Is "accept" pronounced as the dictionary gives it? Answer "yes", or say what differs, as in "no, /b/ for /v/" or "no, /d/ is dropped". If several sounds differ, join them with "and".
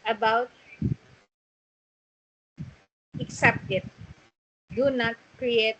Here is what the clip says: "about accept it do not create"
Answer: yes